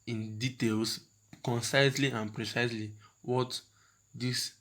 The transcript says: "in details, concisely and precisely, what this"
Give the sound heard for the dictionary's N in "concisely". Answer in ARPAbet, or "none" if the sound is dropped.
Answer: N